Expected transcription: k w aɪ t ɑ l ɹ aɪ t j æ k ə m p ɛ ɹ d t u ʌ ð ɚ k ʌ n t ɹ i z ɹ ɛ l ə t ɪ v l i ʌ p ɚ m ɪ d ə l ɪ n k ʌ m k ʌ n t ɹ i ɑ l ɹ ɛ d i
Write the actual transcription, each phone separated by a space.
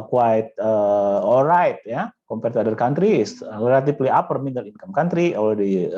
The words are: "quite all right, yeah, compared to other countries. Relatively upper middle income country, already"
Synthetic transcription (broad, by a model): k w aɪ t ɑ l ɹ aɪ t j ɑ k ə m p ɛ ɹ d t u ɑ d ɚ k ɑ n t ɹ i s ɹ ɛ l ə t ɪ p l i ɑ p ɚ m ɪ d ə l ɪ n k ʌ m k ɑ n t ɹ i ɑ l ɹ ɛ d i